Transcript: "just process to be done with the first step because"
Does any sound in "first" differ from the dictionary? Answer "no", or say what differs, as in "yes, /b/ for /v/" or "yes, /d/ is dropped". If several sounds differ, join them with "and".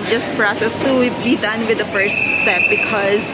no